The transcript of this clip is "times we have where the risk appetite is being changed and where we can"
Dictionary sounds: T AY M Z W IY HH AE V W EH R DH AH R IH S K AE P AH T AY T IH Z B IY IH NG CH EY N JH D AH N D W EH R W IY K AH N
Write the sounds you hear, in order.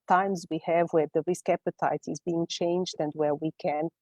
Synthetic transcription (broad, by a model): T AY M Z W IY HH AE V W EH R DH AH R IH S K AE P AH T AY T IH Z B IY IH NG CH EY N JH D AH N D W EH R W IY K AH N